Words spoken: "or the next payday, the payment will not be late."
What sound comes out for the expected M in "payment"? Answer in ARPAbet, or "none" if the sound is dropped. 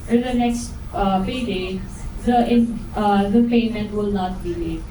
M